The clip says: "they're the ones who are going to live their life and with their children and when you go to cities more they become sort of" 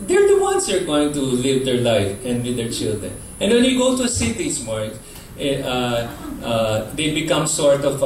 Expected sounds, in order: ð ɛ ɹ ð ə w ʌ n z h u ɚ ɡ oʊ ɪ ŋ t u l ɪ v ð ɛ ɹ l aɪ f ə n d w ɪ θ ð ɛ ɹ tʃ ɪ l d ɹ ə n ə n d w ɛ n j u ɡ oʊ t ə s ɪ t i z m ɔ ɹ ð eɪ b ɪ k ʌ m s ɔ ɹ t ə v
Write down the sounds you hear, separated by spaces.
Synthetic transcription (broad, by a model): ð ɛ ɹ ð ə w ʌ n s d ɚ ɡ oʊ ɪ ŋ t u l ɪ v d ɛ ɹ l aɪ f ə n d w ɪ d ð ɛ ɹ tʃ ɪ l d ɹ ə n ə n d w ɛ n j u ɡ oʊ t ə s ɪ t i s m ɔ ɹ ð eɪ b ɪ k ʌ m s ɔ ɹ t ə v